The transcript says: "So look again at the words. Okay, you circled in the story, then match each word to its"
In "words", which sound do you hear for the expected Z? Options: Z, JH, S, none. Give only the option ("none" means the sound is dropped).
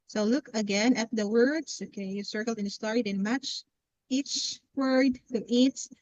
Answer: S